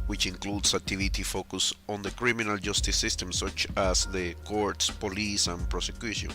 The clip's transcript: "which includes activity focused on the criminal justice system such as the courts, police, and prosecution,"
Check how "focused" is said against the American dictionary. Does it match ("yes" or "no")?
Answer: no